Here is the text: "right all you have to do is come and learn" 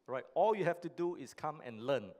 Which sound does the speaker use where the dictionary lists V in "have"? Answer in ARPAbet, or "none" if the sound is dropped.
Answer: F